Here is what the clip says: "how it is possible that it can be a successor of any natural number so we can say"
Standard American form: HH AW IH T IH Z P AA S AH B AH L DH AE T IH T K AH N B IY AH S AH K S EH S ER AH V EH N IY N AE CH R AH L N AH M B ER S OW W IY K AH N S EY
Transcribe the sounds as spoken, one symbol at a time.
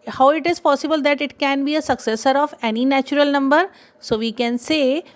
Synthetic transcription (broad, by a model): HH AW IH T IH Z P AA S AH B AH L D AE T IH T K AH N B IY AH S AH K S EH S ER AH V EH N IY N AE CH R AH L N AH M B ER S OW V IY K AH N S EY